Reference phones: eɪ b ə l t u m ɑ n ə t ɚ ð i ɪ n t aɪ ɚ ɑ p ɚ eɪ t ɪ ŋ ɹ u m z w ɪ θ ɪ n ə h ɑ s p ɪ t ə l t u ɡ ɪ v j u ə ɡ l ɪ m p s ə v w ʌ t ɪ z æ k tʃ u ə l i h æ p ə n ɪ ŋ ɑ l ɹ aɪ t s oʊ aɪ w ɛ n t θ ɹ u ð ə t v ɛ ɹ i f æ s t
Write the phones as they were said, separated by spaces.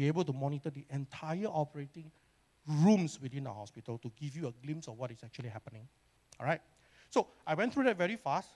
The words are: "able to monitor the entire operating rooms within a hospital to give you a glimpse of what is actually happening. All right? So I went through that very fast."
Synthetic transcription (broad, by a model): eɪ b ə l t u m ɑ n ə t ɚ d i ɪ n t aɪ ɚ ɑ p ɚ eɪ t ɪ ŋ ɹ u m s w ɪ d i n ə h ɑ s p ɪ t ə l t u ɡ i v j u ə ɡ l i m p s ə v w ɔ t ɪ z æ k tʃ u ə l i h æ p ə n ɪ ŋ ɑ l ɹ aɪ t s oʊ aɪ w ɛ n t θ ɹ u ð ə t v ɛ ɹ i f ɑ s t